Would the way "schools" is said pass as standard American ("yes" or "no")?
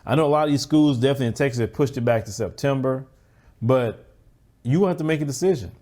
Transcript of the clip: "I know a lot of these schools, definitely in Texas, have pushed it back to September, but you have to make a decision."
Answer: yes